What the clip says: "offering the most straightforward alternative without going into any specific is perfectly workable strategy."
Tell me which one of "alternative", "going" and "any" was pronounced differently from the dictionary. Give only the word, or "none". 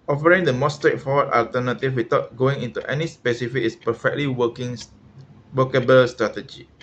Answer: alternative